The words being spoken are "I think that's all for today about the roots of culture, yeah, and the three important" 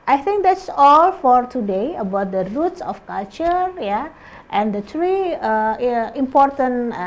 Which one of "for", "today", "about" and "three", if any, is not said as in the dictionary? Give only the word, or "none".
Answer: three